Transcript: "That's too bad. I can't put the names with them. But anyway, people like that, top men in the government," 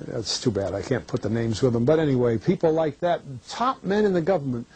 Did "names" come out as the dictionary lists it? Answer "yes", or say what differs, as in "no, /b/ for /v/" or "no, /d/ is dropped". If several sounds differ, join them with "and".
yes